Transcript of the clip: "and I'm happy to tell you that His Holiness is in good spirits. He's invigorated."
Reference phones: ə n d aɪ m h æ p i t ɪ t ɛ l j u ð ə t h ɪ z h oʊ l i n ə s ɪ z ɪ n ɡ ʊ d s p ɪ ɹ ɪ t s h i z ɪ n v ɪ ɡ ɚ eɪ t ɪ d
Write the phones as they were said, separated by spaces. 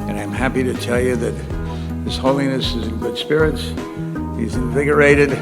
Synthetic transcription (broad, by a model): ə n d aɪ m h æ p i t ɪ t ɛ l j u ð ə t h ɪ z h oʊ l i n ə s ɪ z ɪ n ɡ ʊ d s p ɪ ɹ ɪ t s h i z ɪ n v ɪ ɡ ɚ eɪ t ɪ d